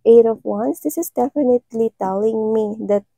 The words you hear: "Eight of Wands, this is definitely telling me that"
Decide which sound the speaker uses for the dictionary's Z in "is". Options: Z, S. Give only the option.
S